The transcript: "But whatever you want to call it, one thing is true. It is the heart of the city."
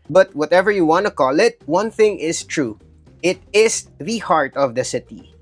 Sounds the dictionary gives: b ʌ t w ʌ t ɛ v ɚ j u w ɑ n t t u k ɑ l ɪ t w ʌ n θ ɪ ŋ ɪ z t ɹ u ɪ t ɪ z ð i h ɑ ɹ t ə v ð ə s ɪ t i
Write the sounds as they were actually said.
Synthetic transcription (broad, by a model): b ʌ t w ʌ t ɛ v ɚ j u w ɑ n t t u k ɑ l ɪ t w ʌ n θ ɪ ŋ ɪ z t ɹ u ɪ t ɪ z ð i h ɑ ɹ t ə v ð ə s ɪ t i